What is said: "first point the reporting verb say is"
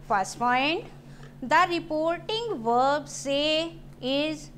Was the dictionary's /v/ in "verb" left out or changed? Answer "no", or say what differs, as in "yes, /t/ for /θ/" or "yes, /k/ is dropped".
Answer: no